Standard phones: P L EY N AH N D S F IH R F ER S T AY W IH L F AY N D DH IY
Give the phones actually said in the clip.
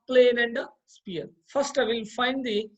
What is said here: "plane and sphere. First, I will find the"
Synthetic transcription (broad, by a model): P L EY N AH N D S P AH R F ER S T AY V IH L F AY N D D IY